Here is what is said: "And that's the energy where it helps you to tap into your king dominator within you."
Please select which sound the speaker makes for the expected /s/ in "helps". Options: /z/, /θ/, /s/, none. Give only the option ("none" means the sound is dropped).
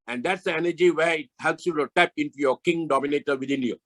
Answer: /s/